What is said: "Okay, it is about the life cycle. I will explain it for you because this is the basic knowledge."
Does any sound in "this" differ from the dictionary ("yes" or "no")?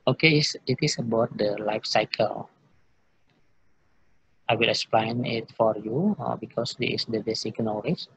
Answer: yes